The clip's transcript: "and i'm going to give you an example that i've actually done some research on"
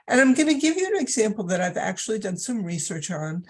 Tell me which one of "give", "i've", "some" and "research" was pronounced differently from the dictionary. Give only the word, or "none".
none